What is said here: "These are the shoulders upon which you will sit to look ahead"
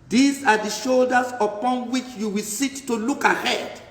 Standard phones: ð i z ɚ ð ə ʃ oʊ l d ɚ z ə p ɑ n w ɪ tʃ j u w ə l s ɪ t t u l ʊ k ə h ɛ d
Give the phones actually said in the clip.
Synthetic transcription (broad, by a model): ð i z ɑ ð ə ʃ oʊ l d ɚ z ə p ɑ n w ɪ tʃ j u w ə l s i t t u l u k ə h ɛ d